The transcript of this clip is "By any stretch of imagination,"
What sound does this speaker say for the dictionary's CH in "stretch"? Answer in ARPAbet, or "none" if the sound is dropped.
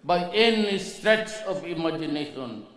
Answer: S